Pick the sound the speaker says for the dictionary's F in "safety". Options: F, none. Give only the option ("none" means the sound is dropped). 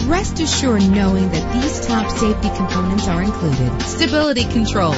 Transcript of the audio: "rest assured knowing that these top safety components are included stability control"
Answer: F